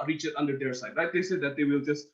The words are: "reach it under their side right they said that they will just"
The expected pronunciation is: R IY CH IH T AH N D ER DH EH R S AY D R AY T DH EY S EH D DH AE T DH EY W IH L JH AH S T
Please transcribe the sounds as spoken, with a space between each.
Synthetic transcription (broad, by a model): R IY CH IH T AH N D ER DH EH R S AY D L AY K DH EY S EH D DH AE T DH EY W IH L JH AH S T